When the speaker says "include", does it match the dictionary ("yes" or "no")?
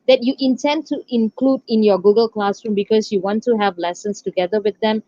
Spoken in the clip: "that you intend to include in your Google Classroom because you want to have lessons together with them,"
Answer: yes